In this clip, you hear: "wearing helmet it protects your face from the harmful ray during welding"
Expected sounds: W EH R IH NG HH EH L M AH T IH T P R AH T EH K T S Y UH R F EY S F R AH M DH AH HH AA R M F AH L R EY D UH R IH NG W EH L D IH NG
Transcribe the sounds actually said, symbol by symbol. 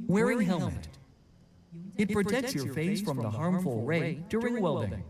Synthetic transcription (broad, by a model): W EH R IH NG HH EH L M AH T IH T P R AH T EH K T S Y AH R F EY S F R AH M DH AH HH AA R M F AH L R EY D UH R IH NG W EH L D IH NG